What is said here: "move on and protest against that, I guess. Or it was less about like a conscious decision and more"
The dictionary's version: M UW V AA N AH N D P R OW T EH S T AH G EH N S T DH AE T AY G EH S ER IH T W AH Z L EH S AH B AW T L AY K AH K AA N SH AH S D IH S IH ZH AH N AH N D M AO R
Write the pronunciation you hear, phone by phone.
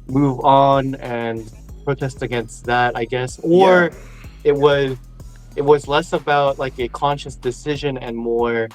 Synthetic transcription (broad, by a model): M UW V N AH N P R OW T EH S T AH G EH N S T DH AE T AY G EH S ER IH T W AH Z L EH S AH B AW T L AY K AH K AA N SH AH S D IH S IH ZH AH N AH N M AO R